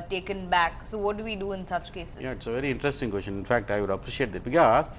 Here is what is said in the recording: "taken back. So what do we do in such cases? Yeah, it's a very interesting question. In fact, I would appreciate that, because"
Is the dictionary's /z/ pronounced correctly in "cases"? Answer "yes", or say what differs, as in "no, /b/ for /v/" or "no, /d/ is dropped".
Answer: no, /z/ is dropped